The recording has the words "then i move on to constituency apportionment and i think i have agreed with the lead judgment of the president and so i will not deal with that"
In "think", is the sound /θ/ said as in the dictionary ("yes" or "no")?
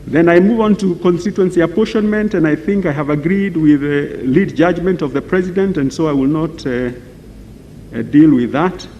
yes